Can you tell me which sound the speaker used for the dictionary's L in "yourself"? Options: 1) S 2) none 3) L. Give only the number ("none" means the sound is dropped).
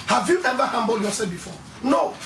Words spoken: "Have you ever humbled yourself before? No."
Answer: 2